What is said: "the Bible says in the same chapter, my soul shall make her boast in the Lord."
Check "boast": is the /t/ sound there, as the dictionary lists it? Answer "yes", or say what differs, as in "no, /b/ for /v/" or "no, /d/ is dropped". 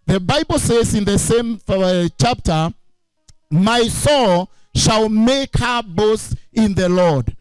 no, /t/ is dropped